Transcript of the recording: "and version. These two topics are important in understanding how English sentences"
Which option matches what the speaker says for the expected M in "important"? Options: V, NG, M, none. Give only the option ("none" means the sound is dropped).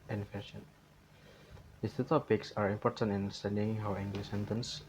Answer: M